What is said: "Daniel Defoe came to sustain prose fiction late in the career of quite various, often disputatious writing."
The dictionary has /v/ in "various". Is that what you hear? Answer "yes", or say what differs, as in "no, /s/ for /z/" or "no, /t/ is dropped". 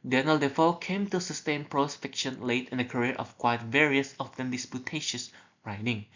yes